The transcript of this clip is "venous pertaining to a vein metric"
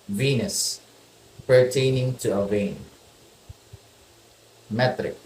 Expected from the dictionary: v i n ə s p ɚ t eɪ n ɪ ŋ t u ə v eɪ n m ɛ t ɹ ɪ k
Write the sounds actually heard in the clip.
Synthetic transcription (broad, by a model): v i n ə s p ɚ t eɪ n ɪ ŋ t u ə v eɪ n m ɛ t ɹ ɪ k